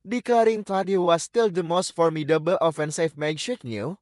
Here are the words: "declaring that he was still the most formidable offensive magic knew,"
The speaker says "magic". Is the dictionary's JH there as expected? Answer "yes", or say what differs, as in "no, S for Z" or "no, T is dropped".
no, SH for JH